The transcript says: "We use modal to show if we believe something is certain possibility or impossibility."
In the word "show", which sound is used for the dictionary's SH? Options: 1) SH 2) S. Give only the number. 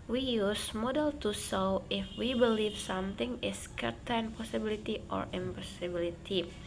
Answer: 2